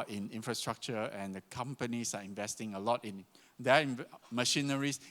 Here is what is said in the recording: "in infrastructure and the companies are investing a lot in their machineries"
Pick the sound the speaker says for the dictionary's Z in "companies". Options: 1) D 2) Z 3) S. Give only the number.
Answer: 3